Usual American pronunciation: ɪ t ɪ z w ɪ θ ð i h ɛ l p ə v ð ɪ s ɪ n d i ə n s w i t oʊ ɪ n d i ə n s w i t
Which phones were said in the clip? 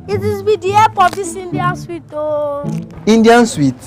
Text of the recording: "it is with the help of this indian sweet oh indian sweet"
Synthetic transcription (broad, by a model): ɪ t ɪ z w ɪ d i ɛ p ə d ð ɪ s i n d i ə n s w i t oʊ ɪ n d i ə n s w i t